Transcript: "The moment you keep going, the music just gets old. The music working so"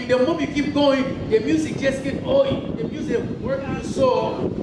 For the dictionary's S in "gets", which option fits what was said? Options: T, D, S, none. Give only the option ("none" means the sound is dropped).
none